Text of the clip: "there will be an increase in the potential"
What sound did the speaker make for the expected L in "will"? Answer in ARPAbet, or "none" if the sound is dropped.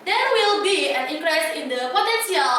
L